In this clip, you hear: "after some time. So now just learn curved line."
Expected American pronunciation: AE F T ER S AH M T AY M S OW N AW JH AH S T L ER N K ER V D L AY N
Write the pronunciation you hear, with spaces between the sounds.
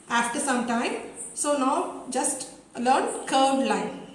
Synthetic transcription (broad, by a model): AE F T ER S AH M T AY M S OW N AW JH AH S T L ER N K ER D L AY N